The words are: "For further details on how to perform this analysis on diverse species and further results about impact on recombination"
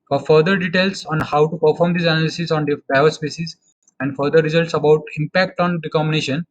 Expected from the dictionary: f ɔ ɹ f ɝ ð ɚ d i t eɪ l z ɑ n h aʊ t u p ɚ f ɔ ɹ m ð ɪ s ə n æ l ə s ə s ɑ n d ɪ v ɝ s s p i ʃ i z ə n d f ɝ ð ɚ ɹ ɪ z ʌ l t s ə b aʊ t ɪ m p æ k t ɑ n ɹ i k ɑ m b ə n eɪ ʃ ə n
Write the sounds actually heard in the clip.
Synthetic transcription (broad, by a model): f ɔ ɹ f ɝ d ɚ d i t eɪ l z ɑ n h aʊ t u p ɚ f ɔ ɹ m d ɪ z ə n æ l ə s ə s ɑ n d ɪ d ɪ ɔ s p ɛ s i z ə n d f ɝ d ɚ ɹ ɪ z ʌ l t s ə b aʊ t ɪ m p æ k t ɑ n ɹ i k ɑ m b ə n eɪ ʃ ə n